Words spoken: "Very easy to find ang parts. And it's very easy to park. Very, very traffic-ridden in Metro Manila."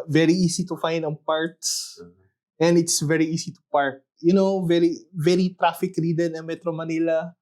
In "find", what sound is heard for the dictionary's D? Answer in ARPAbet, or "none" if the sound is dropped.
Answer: D